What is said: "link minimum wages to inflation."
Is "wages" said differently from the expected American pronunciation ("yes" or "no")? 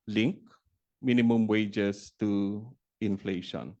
yes